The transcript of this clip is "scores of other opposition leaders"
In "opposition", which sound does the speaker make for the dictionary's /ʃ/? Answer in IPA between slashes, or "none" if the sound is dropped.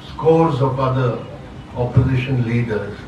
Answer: /ʃ/